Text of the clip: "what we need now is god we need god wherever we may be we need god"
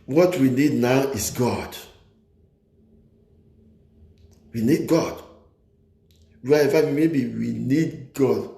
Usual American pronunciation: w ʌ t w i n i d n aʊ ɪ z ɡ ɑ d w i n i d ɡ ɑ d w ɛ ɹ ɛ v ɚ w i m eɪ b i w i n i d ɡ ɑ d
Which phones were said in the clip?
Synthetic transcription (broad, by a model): w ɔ t w i n i d n aʊ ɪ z ɡ ɑ d w i n i d ɡ ɑ d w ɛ ɛ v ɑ w i m eɪ b i w i n i d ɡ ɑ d